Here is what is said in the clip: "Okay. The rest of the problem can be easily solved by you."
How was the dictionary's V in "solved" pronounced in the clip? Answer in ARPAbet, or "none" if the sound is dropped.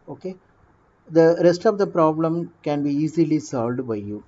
V